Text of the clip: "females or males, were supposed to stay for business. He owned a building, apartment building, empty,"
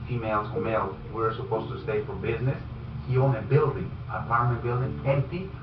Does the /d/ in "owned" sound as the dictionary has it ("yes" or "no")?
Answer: no